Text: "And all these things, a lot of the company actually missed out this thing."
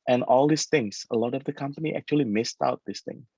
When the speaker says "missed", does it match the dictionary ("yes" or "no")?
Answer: yes